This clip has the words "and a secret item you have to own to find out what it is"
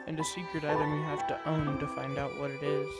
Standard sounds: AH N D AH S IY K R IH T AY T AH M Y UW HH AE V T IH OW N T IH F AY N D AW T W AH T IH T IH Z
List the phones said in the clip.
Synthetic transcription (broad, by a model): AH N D AH S IY K R IH T AY T AH M Y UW HH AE F T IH OW N T IH F AY N D AW T W AH T IH T IH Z